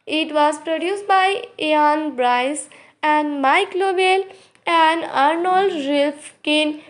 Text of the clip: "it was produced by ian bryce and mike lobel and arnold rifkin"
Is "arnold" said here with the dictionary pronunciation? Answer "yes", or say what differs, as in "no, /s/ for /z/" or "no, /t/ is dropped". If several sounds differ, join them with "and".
yes